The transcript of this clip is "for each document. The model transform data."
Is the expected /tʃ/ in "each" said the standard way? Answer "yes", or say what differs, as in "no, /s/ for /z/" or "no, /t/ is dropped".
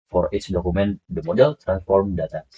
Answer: no, /s/ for /tʃ/